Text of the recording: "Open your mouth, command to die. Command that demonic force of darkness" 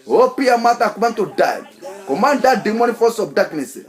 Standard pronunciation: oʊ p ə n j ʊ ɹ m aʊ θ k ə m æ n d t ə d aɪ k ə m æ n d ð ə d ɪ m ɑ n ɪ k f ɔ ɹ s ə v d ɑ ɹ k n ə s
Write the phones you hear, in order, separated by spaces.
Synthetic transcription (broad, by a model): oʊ p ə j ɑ m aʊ t k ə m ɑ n t ə d aɪ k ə m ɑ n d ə d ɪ m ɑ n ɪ f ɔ s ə b d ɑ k n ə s